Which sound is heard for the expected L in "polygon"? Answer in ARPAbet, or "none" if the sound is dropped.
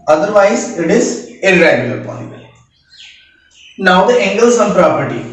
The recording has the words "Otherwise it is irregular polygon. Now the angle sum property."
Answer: none